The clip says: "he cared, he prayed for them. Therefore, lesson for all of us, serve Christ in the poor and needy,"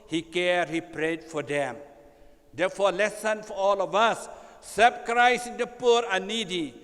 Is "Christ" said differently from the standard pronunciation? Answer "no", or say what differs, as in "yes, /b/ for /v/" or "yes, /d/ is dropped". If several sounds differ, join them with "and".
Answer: yes, /t/ is dropped